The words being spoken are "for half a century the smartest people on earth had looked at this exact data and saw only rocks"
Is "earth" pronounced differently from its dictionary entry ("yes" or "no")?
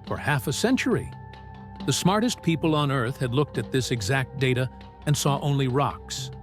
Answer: no